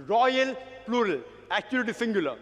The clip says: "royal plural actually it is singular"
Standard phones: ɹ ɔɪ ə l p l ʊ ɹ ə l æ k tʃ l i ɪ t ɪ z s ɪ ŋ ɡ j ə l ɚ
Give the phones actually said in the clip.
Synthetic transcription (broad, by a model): ɹ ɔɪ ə l p l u ɹ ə l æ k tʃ i ɪ t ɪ s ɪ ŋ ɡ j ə l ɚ